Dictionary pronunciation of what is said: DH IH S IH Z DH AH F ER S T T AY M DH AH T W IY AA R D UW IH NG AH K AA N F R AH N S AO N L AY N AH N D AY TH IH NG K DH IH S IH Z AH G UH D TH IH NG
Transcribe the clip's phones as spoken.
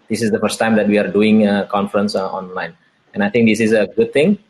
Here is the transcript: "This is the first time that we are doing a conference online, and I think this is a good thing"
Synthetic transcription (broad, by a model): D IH S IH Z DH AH F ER S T T AY M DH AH T W IY AA R D UW IH NG AH K AA N F R AH N S AO N L AY N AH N AY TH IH NG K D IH S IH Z AH G UH D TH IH NG